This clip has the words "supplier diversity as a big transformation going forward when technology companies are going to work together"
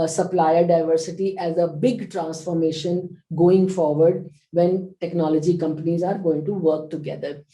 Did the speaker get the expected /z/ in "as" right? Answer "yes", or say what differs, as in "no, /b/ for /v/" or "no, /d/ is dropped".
yes